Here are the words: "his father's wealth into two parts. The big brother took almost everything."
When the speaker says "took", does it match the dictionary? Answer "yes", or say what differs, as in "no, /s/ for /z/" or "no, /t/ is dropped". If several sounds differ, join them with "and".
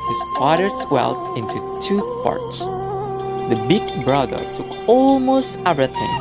yes